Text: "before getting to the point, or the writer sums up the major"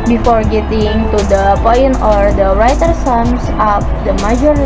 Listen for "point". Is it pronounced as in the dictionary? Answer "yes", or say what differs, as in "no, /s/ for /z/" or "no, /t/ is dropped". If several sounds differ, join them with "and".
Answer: no, /t/ is dropped